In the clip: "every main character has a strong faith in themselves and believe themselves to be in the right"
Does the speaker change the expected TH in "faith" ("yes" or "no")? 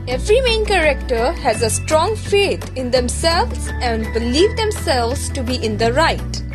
yes